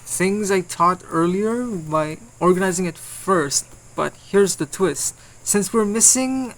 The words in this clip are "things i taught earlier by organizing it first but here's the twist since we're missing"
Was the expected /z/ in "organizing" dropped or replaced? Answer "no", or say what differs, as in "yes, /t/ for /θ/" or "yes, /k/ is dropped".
no